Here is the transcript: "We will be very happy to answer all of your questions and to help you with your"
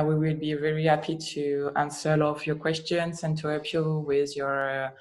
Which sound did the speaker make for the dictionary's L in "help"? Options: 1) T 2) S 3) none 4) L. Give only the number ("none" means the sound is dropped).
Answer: 3